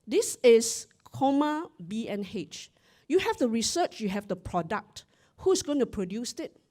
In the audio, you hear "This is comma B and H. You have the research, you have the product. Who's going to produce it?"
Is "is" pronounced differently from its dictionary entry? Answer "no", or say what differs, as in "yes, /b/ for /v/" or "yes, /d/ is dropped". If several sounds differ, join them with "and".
yes, /s/ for /z/